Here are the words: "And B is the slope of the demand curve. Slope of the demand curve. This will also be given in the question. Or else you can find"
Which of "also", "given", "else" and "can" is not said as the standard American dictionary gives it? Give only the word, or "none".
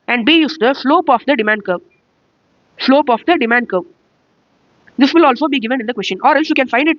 none